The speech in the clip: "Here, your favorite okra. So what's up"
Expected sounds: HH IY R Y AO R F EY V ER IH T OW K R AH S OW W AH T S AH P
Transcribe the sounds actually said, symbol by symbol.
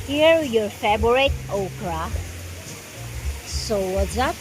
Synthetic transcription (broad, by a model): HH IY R Y AO R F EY B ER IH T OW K R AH S OW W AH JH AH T